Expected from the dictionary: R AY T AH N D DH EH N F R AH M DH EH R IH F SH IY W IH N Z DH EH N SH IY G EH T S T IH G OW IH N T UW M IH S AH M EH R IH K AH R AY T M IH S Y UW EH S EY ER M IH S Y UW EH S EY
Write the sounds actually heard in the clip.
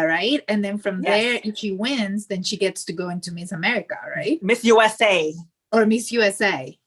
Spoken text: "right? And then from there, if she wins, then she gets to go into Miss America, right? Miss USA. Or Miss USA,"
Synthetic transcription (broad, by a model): R AY T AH N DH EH N F R AH M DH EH R IH F SH IY W IH N Z DH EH N SH IY G EH T S T IH G OW IH N T UW M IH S AH M EH R IH K AH R AY T M IH S Y UW EH S EY ER M IH S Y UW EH S EY